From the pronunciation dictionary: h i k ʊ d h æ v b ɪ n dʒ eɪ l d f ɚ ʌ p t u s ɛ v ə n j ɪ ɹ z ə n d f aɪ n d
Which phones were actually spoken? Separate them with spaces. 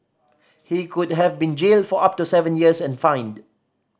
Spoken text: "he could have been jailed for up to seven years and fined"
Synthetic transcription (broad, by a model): h i k ʊ d h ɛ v b ɪ n dʒ eɪ l d f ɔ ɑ p t u s ɛ v ə n j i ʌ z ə n f aɪ n d